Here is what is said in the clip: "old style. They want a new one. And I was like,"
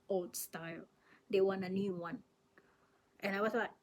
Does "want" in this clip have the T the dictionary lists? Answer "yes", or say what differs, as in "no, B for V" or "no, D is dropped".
no, T is dropped